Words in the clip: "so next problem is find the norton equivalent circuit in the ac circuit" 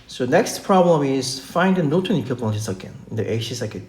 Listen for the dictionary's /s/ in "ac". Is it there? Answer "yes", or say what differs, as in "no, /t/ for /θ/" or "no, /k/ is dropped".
no, /ʃ/ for /s/